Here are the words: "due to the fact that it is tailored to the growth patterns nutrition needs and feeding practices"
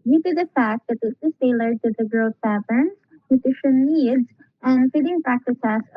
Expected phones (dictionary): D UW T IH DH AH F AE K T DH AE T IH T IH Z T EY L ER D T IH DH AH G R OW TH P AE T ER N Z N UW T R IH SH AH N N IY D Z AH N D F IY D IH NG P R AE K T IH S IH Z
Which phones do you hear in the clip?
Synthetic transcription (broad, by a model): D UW T IH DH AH F AE K T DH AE T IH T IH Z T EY L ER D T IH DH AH G R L S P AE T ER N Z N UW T IH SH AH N N IY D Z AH N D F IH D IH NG P R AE K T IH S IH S